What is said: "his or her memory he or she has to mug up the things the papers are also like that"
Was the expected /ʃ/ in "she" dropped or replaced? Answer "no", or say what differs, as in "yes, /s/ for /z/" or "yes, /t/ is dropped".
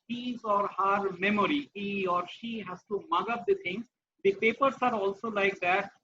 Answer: no